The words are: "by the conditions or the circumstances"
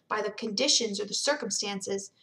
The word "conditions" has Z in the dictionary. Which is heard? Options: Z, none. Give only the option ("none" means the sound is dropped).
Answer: Z